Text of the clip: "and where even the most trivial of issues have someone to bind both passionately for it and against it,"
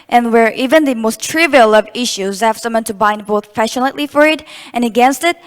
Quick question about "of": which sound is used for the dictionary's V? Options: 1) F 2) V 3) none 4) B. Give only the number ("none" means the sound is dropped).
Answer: 2